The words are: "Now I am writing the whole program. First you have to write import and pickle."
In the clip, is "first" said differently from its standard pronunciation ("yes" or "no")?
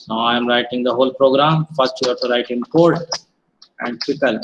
yes